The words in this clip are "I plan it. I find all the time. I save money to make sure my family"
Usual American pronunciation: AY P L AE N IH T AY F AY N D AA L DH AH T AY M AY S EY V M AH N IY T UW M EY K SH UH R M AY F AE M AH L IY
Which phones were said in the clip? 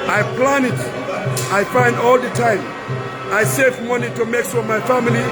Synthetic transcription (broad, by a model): AY P L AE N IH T AY F AY N D AA L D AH T AY M AY S EY V M AH N IY T UW M EY K S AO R M AY F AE M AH L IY